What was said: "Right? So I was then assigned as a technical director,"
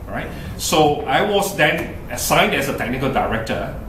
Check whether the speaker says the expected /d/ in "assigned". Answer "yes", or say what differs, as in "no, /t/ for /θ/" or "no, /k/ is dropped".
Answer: yes